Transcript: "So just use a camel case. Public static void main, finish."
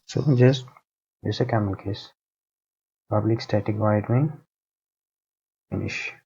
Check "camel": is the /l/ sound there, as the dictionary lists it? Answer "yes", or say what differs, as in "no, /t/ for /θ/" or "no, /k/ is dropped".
no, /n/ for /l/